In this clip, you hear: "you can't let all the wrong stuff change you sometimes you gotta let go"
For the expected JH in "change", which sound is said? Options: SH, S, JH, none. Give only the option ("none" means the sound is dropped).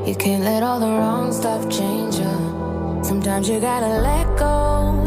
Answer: JH